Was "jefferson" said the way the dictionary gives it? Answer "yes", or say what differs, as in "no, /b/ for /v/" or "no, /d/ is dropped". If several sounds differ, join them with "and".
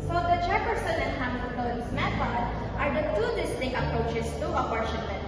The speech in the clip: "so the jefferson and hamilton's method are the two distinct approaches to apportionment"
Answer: no, /tʃ/ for /dʒ/